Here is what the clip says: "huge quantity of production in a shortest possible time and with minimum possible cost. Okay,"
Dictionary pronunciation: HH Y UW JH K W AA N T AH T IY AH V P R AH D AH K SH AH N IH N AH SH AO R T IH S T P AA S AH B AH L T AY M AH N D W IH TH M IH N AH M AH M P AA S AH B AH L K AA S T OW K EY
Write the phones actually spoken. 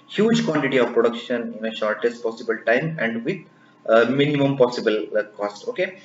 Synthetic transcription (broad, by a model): HH Y UW JH K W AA N T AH T IY AH V P R AH D AH K SH AH N IH N AH SH AO R T IH S T P AA S AH B AH L T AY M AH N D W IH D M IH N AH M AH M P AA S AH B AH L K AA S T OW K EY